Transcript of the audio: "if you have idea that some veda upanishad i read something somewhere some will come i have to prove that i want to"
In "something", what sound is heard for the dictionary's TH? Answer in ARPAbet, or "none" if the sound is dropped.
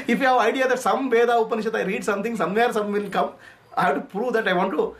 T